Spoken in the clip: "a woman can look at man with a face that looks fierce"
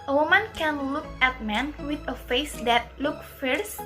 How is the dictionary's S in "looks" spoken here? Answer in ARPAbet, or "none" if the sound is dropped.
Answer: none